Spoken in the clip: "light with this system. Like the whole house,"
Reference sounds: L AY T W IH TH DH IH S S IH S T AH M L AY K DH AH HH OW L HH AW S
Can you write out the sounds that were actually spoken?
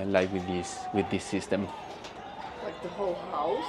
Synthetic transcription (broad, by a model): L AY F W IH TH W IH TH S IH S T AH M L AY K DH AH HH OW L HH AW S